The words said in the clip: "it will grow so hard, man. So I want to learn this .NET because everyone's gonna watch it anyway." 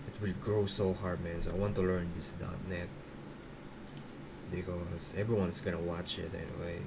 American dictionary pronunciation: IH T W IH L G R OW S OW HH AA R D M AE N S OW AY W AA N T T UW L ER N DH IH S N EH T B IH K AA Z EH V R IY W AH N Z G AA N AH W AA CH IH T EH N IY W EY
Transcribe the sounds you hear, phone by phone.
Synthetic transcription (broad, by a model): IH T W IH L G R OW S OW HH AA R D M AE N S OW AY W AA N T T UW L ER N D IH S N EH T B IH K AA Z EH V R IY W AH N S G AA N AH W AA CH IH T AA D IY W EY